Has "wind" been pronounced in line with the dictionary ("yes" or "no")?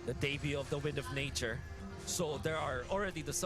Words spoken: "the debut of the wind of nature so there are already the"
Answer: yes